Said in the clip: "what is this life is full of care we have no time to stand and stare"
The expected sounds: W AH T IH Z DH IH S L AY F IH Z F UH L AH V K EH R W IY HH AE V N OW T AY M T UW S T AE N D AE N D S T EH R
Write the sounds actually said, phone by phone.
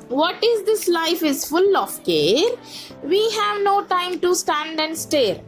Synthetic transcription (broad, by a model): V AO T IH Z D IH S L AY F IH Z F UH L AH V K EH R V IY HH AE V N OW T AY M T UW S T AE N D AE N D S T EH R